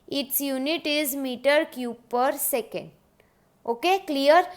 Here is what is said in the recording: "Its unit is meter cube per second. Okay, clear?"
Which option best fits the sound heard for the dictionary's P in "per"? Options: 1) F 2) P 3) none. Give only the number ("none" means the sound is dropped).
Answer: 2